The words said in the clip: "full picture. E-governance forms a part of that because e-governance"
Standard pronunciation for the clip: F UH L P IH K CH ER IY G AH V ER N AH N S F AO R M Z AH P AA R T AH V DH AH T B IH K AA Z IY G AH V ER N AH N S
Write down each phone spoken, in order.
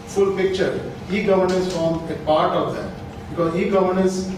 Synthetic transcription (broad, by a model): F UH L P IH K CH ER IY G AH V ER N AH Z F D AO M AH P AA R T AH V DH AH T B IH K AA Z IY G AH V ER N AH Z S